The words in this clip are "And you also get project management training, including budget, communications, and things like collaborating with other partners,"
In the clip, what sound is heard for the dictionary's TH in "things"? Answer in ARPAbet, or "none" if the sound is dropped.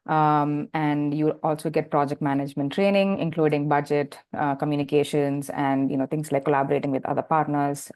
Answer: T